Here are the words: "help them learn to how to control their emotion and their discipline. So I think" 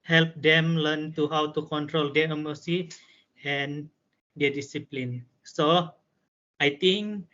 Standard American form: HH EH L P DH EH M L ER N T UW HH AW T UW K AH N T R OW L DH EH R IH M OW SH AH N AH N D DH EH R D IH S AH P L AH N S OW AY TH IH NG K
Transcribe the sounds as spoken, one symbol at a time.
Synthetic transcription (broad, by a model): HH EH L P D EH M L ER N T UW HH AW T UW K AH N T R OW L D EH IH M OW S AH AH N D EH D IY S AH P L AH N S OW AY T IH NG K